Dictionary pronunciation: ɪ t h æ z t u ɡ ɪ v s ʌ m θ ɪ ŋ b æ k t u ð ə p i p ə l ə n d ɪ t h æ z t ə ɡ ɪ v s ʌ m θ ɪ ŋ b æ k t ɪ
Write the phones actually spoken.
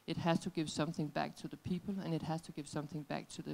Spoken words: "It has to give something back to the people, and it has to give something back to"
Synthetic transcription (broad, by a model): ɪ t h æ z t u ɡ ɪ v s ʌ m θ ɪ ŋ b æ k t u ð ə p i p ə l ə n ɪ t h æ z t ə ɡ ɪ v s ʌ m θ ɪ ŋ b æ k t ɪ